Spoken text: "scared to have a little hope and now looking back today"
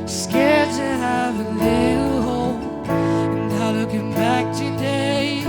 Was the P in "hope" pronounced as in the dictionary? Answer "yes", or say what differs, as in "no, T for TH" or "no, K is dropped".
no, P is dropped